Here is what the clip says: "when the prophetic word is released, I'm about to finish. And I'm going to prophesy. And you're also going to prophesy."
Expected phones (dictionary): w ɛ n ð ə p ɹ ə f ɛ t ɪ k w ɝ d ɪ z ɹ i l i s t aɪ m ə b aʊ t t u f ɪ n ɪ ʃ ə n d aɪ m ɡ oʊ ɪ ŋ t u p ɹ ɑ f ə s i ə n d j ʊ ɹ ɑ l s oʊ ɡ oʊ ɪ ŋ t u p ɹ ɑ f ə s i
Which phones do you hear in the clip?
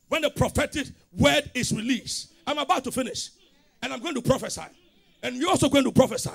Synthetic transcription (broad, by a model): w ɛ n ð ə p ɹ ə f ɛ t ɪ k w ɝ d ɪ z ɹ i l i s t aɪ m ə b aʊ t t u f ɪ n ɪ ʃ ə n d aɪ m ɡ oʊ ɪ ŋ t u p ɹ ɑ f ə s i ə n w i ɑ l s oʊ ɡ oʊ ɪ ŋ t u p ɹ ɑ f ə s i